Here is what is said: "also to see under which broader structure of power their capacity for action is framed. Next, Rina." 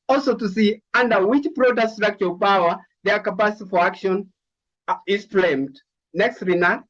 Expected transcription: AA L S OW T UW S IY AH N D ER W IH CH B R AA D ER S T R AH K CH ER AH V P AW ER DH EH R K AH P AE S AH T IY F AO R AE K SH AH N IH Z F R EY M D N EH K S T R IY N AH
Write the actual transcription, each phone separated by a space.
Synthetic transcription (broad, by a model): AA L S OW T UW S IY AH N D ER W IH CH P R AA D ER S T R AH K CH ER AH P AW ER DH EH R K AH P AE S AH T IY F AO R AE K SH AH N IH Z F L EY M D N EH K S T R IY N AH